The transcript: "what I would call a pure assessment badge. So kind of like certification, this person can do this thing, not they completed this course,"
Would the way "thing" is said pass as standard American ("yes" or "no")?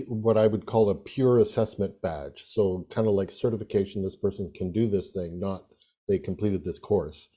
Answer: yes